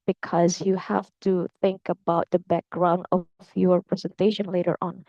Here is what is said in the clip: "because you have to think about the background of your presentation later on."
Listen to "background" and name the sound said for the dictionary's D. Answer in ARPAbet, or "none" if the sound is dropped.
D